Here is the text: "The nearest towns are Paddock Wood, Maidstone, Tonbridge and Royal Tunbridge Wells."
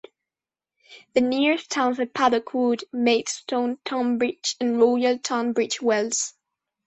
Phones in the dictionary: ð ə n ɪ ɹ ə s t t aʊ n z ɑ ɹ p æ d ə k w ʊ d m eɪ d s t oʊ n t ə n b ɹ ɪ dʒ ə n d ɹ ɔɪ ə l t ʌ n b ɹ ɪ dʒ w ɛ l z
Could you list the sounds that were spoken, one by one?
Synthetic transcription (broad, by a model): ð ə n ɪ ɹ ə s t t aʊ n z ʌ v p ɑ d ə k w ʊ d m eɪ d s t oʊ n t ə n b ɹ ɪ tʃ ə n ɹ ɔɪ ə l t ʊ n b ɹ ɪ tʃ w ɛ l z